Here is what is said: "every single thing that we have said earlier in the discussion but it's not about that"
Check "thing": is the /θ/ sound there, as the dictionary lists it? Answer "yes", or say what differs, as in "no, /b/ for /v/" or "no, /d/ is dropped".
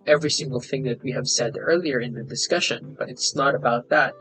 yes